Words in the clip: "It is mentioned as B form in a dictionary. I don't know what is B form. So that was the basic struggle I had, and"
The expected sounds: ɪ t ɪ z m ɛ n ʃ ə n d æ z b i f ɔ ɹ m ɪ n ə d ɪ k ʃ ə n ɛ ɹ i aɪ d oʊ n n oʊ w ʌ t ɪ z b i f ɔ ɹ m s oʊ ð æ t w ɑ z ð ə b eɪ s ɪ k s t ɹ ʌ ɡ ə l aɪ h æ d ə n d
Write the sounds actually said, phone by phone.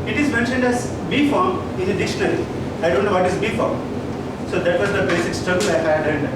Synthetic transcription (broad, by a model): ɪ t ɪ z m ɛ n ʃ ə n d æ z b i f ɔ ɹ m ɪ n ə d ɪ ʃ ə n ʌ l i aɪ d oʊ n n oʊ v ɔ t ɪ z b i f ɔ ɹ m s oʊ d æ t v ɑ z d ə b eɪ s ɪ k s t ɹ ʌ ɡ ə l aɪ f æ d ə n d